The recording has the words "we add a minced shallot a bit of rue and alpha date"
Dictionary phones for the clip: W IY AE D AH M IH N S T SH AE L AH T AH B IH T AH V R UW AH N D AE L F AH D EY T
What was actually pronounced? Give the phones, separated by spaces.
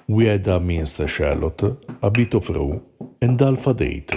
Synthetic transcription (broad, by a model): W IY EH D AH M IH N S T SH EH L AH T AH B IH T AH F R UW AH N D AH L F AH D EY T